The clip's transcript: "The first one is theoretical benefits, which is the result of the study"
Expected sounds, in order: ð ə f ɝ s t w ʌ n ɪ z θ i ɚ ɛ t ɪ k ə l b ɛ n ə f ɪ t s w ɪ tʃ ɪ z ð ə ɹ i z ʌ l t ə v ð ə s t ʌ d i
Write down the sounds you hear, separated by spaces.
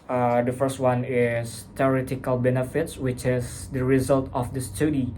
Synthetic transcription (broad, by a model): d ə f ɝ s t w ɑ n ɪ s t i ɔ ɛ t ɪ k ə l b ɛ n ə f ɪ t s w ɪ tʃ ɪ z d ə ɹ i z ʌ l t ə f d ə s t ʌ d i